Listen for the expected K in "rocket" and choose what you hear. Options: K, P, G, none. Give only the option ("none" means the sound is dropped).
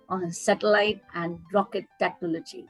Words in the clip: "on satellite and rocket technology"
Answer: K